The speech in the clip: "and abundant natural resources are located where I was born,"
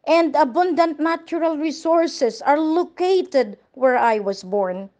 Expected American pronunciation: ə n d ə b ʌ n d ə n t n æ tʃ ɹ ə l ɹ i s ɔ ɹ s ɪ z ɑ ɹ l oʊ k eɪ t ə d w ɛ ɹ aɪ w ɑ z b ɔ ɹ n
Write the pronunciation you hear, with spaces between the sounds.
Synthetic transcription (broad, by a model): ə n d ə b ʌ n d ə n t n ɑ tʃ ɹ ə l ɹ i s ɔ ɹ s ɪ s ɑ ɹ l oʊ k eɪ t ə d w ɛ ɹ aɪ w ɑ s b ɔ ɹ n